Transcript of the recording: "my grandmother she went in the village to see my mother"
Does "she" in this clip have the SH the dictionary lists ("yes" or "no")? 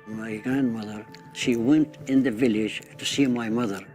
yes